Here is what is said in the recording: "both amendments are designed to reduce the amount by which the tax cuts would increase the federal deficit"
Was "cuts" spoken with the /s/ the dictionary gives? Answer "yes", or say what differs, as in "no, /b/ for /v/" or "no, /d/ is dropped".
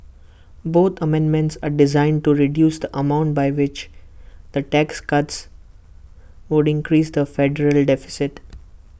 yes